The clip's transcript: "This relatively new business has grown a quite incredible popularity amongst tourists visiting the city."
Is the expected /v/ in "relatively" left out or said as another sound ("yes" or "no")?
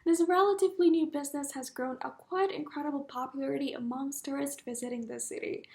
no